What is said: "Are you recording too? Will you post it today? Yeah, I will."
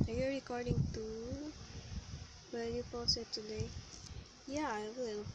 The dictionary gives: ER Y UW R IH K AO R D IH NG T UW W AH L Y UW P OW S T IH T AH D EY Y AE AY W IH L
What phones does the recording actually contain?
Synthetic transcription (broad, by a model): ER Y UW R IH K AO R D IH NG T UW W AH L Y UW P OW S IH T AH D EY Y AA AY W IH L